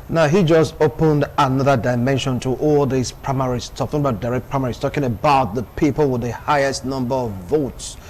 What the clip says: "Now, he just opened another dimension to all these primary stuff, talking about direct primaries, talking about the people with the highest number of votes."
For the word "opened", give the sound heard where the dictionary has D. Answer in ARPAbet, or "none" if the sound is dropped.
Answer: D